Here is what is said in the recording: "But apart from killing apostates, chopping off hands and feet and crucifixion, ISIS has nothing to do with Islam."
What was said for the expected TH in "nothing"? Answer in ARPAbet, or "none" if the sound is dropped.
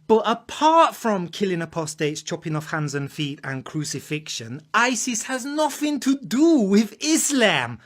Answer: TH